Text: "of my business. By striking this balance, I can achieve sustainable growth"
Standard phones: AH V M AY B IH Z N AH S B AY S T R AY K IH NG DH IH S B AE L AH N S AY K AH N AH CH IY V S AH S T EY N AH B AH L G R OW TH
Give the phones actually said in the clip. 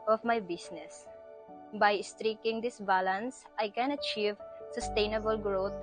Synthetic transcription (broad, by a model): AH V M AY B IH S N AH S B AY S T R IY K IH NG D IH S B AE L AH N S AY K AH N AH CH IY V S AH S T EY N AH B AH L G R OW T